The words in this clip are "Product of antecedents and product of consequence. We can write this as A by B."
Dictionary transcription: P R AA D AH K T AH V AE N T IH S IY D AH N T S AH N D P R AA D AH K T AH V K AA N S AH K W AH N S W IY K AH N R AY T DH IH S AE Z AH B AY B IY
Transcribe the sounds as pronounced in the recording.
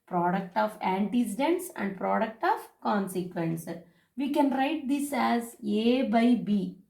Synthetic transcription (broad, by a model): P R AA D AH K T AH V AE N T IH S IY D AH N T S AH N D P R AA D AH K T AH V K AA N S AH K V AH N S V IY K AH N R AY T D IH S AE Z AH B AY B IY